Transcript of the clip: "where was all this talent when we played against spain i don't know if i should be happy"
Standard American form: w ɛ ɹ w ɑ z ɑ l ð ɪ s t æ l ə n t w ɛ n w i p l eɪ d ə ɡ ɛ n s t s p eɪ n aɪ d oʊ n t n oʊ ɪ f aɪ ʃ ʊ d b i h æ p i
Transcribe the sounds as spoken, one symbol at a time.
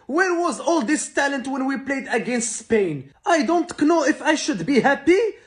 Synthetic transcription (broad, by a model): w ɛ ɹ w ɑ z ɑ l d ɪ s t æ l ə n t w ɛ n w i p l eɪ d ə ɡ ɛ n s t s p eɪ n aɪ d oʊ n t n oʊ ɪ f aɪ ʃ ʊ d b i h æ p i